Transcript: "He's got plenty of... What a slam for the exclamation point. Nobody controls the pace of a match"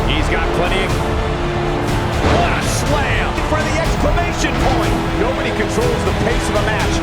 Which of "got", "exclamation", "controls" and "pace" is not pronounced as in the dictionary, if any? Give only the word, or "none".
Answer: none